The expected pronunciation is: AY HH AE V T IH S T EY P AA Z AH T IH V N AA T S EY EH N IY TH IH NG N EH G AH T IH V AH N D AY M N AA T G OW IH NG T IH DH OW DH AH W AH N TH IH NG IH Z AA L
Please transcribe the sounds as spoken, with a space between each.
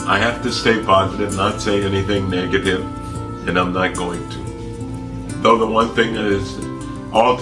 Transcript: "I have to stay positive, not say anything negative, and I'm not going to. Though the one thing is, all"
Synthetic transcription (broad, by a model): AY HH AE F T IH S T EY P AA Z AH T IH V N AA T S EY EH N IY TH IH NG N EH G AH T IH V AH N AY M N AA T G OW IH NG T IH DH OW DH AH W AH N TH IH NG IH Z AA L